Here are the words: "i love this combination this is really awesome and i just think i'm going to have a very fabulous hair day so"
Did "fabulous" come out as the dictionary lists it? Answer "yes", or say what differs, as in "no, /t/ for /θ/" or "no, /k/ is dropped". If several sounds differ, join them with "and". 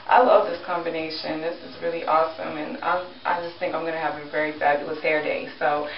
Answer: no, /l/ is dropped